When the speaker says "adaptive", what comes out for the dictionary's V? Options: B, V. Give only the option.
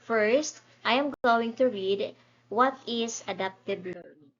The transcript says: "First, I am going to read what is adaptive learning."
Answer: B